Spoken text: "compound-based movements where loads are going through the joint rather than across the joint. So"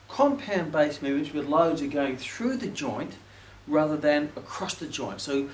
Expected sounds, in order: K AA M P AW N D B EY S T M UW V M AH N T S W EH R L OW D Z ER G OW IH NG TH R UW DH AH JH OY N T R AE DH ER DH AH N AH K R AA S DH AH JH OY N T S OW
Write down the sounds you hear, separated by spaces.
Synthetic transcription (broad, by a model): K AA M P AW N B EY S M UW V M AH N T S W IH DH L OW D Z ER G OW IH NG TH R UW DH AH JH OY N T R AE DH ER DH AH N AH K R AA S DH AH JH OY N T S OW